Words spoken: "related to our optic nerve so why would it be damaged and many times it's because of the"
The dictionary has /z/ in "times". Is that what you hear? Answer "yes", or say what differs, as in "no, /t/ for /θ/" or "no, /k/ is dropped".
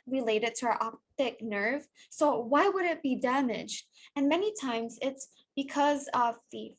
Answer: yes